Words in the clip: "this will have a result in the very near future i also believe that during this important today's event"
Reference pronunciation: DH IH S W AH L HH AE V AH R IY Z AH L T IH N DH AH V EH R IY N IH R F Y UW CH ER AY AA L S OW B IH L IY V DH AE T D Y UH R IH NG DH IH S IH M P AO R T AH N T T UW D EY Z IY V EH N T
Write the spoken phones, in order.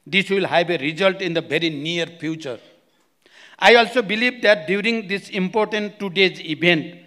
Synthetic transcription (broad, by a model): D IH S W AH L HH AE B AH R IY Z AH L T IH N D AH B EH R IY N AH R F Y UW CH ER AY AA L S OW B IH L IY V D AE T D Y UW R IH NG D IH S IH M P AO R T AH N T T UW D EY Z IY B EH N T